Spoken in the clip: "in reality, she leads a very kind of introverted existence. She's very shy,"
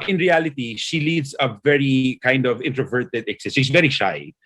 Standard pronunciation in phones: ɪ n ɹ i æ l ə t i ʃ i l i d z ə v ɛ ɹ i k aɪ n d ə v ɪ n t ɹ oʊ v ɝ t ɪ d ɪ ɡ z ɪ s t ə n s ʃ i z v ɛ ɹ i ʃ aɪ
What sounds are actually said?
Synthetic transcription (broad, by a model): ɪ n ɹ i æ l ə t i ʃ i l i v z ə v ɛ ɹ i k aɪ n d ə v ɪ n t ɹ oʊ v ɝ t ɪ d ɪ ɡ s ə s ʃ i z v ɛ ɹ i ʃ aɪ